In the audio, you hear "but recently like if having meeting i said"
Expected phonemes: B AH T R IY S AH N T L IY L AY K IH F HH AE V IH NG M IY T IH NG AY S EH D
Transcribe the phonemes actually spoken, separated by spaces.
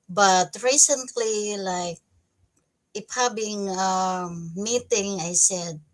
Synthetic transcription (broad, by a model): B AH T R IY S AH N T L IY L AY K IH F HH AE B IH NG M IY T IH NG AY S EH D